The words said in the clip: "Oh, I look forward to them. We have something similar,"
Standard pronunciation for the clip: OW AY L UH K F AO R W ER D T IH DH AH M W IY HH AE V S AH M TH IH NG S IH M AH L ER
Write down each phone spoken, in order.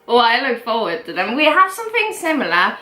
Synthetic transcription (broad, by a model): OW AY L UH K F AO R W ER D T IH DH AH M W IY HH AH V S AH M TH IH NG S IH M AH L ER